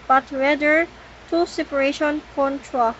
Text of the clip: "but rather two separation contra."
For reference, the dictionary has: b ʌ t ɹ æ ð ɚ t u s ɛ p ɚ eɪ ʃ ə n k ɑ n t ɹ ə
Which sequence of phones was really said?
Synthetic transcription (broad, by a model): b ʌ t w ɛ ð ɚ t u s ɛ p ɚ eɪ ʃ ə n k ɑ n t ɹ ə